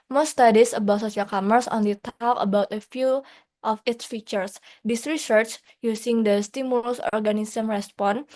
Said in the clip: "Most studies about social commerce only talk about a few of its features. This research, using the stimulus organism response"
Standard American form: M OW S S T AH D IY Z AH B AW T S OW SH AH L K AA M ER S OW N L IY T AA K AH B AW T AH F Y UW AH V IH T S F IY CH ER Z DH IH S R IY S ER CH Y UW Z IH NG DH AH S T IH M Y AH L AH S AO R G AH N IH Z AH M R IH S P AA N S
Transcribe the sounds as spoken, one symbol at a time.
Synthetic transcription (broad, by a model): M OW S S T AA D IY S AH B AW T S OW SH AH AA K AA M ER S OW N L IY T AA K AH B AW T AH F Y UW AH F IH T S F IY CH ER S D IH S R IY S ER CH Y UW S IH NG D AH S T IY M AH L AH S AO R G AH N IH S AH M R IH S P AA N